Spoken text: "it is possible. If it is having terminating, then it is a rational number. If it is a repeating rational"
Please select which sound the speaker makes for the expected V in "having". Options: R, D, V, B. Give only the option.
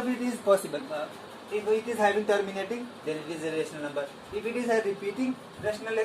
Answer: B